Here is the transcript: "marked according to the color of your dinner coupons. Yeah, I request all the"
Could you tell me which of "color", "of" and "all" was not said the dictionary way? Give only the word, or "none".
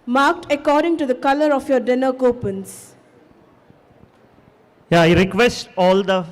of